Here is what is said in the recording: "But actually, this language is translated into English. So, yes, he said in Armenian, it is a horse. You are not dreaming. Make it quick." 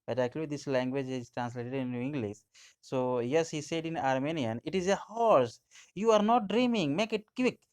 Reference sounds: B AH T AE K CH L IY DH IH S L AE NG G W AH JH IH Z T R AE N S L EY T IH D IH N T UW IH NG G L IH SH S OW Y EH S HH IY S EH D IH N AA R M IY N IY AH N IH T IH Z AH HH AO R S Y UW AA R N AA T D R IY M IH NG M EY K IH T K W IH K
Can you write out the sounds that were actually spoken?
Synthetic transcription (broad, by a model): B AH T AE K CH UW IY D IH S L AE NG G W AH JH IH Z T R AE N S L EY T IH D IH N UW IH NG G L IH SH S OW Y EH S HH IY S EH D IH N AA R M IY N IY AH N IH T IH Z AH HH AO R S Y UW AA R N AA T D R IY M IH NG M EY K IH T K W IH K